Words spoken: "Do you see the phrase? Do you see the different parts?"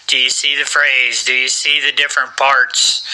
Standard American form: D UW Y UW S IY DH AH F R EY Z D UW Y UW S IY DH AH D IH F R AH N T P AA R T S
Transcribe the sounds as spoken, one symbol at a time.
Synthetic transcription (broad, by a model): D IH Y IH S IY DH AH F R EY Z D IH Y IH S IY DH AH D IH F R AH N P AA R T S